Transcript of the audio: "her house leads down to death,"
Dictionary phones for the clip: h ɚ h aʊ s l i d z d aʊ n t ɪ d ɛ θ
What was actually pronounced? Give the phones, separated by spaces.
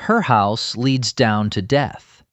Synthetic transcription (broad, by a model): h ɚ h aʊ s l i d z d aʊ n t ɪ d ɛ θ